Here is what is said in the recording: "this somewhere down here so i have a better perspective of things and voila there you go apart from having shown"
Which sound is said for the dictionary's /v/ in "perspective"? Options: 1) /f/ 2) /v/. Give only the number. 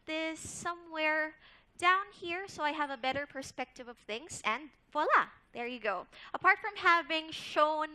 2